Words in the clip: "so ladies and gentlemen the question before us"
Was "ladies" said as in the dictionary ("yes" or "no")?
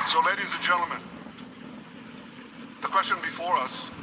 yes